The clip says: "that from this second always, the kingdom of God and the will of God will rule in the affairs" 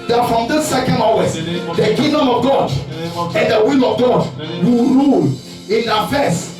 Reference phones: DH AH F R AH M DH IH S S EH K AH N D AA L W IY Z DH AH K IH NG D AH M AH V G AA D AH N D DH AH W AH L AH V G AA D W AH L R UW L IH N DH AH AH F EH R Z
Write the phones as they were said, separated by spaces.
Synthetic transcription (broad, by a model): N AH F R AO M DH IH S S EH K AH N D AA W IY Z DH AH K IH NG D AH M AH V G AA D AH N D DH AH W AH L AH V G AA D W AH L R UW L IH N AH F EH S